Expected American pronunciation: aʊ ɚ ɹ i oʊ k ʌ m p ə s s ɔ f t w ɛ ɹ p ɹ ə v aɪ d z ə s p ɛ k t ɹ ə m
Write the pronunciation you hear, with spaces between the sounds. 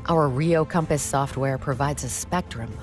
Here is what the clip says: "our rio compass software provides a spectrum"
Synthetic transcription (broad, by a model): aʊ ɚ ɹ i oʊ k ʌ m p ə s s ɔ f t w ɛ ɹ p ɹ ə v aɪ d z ə s p ɛ k t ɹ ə m